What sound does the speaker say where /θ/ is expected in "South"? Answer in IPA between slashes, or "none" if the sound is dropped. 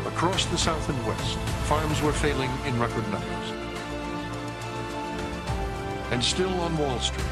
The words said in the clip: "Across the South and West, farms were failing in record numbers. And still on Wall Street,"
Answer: /θ/